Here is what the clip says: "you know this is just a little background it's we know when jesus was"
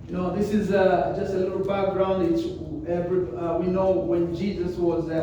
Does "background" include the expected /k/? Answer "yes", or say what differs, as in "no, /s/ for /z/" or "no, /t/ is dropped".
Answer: yes